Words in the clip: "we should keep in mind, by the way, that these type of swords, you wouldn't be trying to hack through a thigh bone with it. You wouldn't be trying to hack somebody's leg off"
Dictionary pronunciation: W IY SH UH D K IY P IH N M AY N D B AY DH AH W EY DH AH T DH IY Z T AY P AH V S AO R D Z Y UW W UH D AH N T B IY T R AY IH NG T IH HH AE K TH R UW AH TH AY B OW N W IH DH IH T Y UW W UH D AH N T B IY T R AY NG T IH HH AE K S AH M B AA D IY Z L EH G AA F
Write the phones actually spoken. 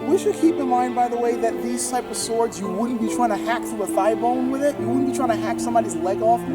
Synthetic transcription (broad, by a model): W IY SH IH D K IY P IH N M AY N D B AY DH AH W EY DH AH T DH IY Z T AY P AH V S AO R D Z Y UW W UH D N B IY T R AY IH NG T IH HH AE K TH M AH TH AY B OW N W IH DH IH T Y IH W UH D N B IY T R AY NG T IH HH AE K S AH M B AA D IY Z L EH G AA F